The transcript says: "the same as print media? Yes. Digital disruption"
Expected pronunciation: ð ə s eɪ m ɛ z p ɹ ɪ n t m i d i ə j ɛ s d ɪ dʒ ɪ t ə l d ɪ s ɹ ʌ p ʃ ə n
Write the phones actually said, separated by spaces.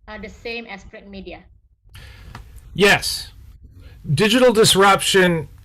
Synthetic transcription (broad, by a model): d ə s eɪ m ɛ s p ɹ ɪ t m i d i ə j ɛ s d ɪ dʒ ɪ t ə l d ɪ s ɹ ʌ p ʃ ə n